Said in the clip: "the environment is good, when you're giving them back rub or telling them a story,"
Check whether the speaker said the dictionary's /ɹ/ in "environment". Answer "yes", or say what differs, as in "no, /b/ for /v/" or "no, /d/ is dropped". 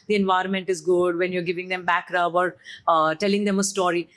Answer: yes